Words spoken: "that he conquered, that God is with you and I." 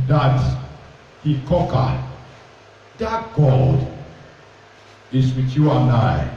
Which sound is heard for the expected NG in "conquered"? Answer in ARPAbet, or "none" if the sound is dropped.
none